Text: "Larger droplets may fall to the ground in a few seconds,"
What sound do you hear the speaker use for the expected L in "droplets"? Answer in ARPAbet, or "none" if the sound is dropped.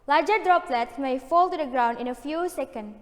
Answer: L